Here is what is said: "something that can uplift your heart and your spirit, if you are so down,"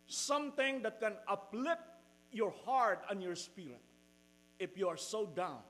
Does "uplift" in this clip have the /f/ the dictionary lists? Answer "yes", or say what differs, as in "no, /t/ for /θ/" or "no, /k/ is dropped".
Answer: no, /f/ is dropped